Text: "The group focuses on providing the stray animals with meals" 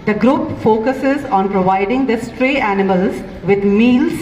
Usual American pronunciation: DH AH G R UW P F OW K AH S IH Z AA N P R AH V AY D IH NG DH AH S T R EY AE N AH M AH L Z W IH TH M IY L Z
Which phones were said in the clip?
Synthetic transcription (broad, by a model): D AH G R UW P F OW K AH S IH Z AA N P R AH V AY D IH NG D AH S T R EY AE N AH M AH L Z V IH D M IY L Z